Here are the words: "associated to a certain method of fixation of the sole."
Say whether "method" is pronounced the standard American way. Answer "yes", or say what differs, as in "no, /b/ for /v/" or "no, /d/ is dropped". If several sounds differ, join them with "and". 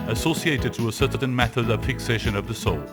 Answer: yes